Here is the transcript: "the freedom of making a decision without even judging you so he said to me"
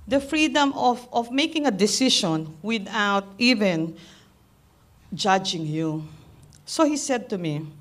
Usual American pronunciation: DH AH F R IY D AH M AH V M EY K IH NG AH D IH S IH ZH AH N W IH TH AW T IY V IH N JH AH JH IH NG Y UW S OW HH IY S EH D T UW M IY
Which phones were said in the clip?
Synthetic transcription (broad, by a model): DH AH F R IY D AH M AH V M EY K IH NG AH D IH S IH SH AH N W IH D AW T IY V IH N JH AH JH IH NG Y UW S OW HH IY S EH D T UW M IY